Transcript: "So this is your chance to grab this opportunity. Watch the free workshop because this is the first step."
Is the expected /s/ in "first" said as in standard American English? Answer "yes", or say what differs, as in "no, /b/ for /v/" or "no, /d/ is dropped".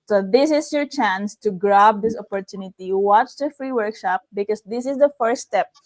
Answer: no, /s/ is dropped